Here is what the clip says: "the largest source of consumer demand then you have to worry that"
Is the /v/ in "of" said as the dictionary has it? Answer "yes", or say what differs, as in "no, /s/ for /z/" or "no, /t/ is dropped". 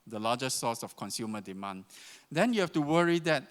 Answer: no, /f/ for /v/